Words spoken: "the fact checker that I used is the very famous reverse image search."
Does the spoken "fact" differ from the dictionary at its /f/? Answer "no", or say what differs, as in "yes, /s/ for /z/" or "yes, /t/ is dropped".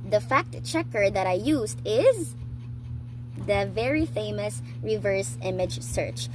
no